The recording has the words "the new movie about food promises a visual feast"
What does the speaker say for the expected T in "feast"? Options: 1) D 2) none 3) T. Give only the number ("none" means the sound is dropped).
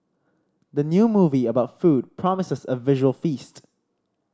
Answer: 3